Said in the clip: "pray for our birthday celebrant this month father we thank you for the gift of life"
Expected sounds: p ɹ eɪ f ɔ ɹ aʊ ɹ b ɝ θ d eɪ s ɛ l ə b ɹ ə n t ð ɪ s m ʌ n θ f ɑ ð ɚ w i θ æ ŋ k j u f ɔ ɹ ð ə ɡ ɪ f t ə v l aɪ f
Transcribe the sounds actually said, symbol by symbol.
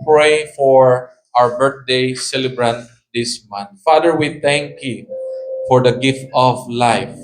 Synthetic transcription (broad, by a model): p ɹ eɪ f ɔ ɹ aʊ ɹ b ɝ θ d eɪ s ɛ l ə b ɹ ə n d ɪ s m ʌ n t f ɑ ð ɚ w i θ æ ŋ k j u f ɔ ɹ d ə ɡ ɪ f t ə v l aɪ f